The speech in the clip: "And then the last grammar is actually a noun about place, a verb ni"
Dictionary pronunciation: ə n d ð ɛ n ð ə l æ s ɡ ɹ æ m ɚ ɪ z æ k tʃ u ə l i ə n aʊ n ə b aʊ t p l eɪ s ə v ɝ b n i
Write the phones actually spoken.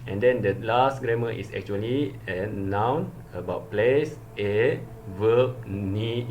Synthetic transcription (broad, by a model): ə n d ɛ n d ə l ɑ s ɡ ɹ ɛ m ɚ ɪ s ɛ k tʃ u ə l i ə n aʊ n ə b aʊ t p l eɪ s ə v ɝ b n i